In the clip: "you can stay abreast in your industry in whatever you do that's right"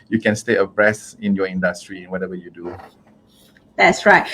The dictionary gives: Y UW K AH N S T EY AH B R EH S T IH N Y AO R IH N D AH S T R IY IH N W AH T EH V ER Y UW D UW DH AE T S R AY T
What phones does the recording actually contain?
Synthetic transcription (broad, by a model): Y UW K AH N S T EY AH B R EH S IH N Y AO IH N D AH S T R IY IH N W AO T EH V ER Y UW D UW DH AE T S R AY T